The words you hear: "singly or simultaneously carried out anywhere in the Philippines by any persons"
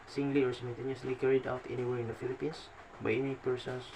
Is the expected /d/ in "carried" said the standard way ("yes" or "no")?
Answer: yes